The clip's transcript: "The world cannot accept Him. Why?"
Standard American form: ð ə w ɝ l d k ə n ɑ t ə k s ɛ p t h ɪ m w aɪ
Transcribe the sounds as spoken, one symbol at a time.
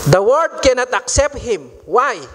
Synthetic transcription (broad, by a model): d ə w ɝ d k ə n ɑ t ə k s ɛ p t h ɪ m w aɪ